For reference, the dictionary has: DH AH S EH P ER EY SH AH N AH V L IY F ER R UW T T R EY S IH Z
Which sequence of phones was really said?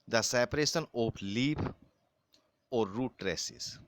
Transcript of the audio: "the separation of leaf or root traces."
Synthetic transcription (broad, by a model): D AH S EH P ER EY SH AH N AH P L IY P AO R UW T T R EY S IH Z